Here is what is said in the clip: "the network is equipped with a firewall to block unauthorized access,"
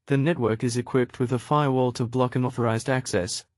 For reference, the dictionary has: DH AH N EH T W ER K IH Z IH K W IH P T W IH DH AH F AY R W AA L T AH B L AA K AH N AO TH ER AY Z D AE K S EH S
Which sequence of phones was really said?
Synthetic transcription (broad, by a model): DH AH N EH T W ER K IH Z IH K W IH P T W IH DH AH F AY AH W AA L T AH B L AA K AH N AO TH ER AY Z D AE K S EH S